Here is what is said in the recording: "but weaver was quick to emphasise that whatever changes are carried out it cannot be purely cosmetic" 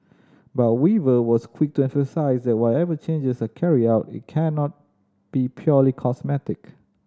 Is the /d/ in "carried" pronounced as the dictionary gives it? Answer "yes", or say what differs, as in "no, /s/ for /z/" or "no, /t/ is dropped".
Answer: no, /d/ is dropped